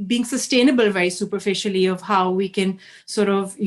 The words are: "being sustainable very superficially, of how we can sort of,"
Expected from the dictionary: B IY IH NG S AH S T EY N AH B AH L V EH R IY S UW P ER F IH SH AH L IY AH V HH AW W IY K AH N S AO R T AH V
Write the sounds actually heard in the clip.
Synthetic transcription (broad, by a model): B IY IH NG S AH S T EY N AH B AH L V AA IY S UW P ER F IH SH AH L IY AH V HH AW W IY K AH N S AO R T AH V